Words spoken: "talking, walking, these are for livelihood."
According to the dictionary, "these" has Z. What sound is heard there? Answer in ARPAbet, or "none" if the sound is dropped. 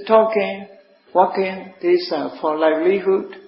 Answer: S